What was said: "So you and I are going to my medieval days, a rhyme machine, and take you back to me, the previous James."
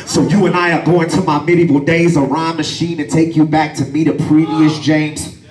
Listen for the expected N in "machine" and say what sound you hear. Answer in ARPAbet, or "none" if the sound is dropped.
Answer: N